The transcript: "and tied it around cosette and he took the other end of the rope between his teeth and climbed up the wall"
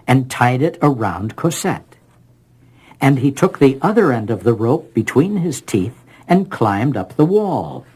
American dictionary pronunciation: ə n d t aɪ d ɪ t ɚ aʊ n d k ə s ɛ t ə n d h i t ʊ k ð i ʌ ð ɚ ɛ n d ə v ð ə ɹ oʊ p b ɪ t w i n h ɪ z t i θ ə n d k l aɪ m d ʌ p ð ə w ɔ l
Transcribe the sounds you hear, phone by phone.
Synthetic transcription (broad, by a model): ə n t aɪ d ɪ t ɚ aʊ n d k ə s ɛ t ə n i t ʊ k ð i ʌ ð ɚ ɛ n d ə v ð ə ɹ oʊ p b ɪ t w i n ɪ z t i θ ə n k l aɪ m d ʌ p ð ə w ɔ l